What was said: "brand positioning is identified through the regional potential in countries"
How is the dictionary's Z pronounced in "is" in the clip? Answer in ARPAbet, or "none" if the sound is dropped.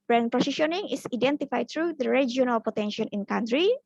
S